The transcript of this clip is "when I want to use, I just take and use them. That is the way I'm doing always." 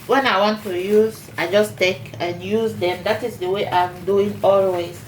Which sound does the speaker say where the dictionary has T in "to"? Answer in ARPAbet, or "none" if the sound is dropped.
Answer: T